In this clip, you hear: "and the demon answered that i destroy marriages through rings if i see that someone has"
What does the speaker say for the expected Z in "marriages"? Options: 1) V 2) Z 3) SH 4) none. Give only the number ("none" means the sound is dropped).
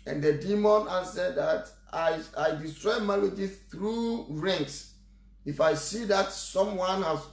4